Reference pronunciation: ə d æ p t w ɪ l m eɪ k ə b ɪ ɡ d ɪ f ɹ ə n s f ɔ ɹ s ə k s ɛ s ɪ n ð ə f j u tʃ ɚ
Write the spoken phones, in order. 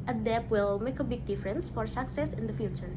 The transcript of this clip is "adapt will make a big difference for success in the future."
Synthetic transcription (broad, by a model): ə d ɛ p w ɪ l m eɪ k ə b ɪ ɡ d ɪ f ɹ ə n s f ɔ ɹ s ə k s ɛ s ɪ n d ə f j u tʃ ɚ